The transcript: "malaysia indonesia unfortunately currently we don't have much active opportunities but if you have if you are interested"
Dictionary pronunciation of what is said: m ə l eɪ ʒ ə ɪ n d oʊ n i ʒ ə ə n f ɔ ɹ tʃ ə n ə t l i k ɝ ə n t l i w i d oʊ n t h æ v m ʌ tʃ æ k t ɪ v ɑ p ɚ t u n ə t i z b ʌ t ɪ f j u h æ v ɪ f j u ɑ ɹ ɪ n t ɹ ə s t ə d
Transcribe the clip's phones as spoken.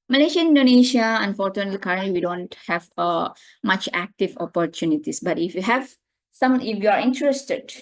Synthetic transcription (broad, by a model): m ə l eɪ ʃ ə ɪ n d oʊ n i ʃ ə ə n f ɔ ɹ tʃ ə n ə t l i k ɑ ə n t l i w i d oʊ n t h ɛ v m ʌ tʃ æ k t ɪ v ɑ p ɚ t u n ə t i s b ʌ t ɪ f j u h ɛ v ɪ f j u ɑ ɹ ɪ n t ɹ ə s t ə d